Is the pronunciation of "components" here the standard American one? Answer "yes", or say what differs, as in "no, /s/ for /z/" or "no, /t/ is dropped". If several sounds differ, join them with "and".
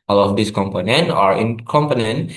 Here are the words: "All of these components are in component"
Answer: no, /s/ is dropped